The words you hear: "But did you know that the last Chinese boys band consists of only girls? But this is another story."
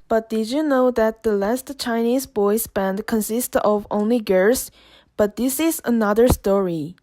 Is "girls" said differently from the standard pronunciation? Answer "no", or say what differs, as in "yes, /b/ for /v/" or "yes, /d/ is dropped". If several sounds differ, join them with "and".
yes, /l/ is dropped